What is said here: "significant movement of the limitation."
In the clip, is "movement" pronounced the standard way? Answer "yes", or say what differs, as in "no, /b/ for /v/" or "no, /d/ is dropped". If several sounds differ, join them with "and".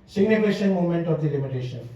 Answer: no, /v/ is dropped